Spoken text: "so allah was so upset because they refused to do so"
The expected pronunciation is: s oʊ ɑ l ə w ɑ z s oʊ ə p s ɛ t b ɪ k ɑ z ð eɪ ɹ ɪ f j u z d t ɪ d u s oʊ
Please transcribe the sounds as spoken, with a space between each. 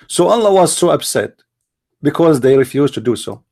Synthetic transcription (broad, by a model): s oʊ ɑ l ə w ɑ z s oʊ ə b s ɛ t b ɪ k ɑ z ð eɪ ɹ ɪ f j u z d t ɪ d u s oʊ